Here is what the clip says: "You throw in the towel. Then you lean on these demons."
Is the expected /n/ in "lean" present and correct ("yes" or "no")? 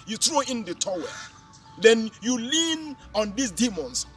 yes